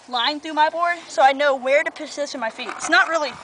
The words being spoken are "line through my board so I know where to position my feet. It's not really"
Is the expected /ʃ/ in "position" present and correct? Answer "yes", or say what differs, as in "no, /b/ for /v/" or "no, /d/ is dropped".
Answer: no, /s/ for /ʃ/